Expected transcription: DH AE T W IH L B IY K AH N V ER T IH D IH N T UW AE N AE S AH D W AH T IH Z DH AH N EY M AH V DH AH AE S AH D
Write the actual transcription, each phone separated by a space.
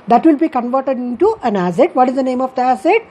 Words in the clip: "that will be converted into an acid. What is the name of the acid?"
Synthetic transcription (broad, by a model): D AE T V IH L B IY K AH N V ER T IH D IH N T UW AE N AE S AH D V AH T IH Z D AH N EY M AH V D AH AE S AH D